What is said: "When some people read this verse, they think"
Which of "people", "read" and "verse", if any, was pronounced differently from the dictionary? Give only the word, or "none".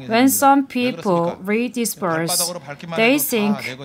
verse